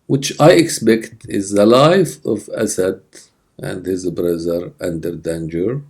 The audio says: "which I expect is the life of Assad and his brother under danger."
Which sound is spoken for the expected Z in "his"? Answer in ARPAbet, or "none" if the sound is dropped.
Z